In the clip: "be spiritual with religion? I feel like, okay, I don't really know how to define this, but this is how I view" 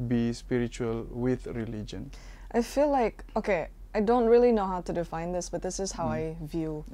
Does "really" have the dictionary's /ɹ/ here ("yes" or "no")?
yes